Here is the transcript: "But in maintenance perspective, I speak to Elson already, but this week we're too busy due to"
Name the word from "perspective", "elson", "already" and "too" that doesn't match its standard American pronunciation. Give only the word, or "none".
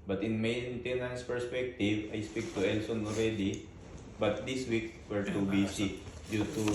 none